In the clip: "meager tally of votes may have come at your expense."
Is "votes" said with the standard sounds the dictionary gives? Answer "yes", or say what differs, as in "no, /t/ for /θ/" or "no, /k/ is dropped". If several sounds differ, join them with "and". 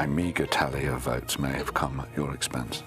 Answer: yes